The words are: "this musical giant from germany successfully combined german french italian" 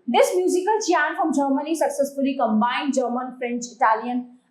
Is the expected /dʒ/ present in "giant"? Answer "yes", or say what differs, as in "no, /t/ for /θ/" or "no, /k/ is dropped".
no, /tʃ/ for /dʒ/